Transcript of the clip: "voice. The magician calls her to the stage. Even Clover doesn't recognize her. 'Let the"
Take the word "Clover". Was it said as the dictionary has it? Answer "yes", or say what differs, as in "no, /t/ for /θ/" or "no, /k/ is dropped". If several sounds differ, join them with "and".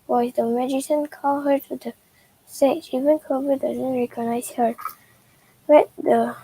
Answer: no, /l/ is dropped